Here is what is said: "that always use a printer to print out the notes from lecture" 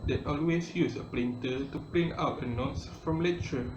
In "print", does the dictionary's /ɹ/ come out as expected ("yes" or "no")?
no